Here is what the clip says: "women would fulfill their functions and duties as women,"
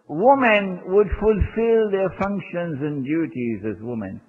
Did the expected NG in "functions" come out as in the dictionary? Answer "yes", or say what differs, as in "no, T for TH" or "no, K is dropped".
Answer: yes